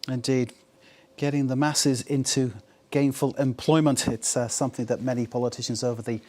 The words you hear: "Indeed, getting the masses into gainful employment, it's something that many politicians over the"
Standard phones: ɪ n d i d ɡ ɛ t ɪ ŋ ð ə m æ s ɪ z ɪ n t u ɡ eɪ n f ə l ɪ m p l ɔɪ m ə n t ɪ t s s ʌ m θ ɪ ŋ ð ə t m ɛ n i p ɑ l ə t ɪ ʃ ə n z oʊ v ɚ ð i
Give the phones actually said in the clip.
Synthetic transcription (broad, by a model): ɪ n d i d ɡ ɛ t ɪ ŋ ð ə m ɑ s ɪ z ɪ n t u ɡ eɪ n f ə l ɪ m p l ɔɪ m ə n t ɪ t s s ʌ m θ ɪ ŋ ð ə t m ɛ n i p ɑ l ə t ɪ ʃ ə n z oʊ v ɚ ð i